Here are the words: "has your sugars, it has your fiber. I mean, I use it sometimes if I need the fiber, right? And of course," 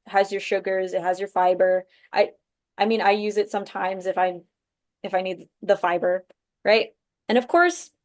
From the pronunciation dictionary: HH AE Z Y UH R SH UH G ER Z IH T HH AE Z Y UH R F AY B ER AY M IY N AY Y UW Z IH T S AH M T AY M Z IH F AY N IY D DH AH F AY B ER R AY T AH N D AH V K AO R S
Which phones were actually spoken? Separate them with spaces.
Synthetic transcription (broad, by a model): HH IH Z Y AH R SH UH G ER Z IH T HH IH Z Y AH R F AY B ER AY M IY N AY Y UW Z IH T S AH M T AY M Z IH F AY N IY D DH AH F AY B ER R AY T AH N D AH V K AO R S